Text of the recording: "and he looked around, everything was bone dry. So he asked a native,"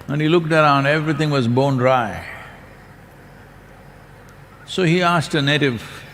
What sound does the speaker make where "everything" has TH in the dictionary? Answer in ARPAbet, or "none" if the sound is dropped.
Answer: T